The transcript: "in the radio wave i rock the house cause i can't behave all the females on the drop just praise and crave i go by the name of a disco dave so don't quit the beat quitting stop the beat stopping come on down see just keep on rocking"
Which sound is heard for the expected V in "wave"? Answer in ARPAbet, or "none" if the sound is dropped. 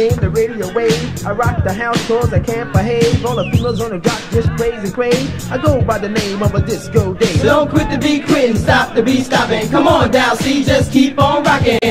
none